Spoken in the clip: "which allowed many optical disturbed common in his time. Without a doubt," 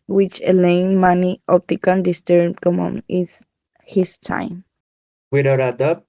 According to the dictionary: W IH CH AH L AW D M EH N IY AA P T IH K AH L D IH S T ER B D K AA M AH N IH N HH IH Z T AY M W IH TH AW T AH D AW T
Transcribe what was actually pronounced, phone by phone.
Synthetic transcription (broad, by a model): W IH CH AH L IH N M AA N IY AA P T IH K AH N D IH S T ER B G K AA M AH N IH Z HH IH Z T AY M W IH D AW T AH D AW